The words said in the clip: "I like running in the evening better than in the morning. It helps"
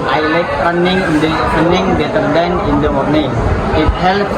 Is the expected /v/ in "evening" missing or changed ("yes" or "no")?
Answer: yes